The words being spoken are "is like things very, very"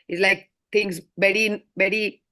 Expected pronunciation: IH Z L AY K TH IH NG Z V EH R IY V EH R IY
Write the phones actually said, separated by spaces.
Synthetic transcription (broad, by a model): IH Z L AY K T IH NG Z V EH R IY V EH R IY